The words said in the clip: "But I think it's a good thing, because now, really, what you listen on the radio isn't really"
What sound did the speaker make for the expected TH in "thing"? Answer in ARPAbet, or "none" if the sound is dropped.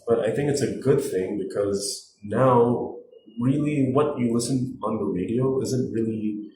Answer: TH